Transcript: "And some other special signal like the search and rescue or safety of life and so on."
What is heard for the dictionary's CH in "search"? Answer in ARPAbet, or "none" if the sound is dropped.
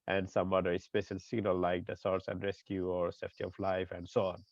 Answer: S